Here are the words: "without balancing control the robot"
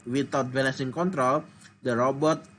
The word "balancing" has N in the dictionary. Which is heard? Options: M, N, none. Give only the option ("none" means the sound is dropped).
none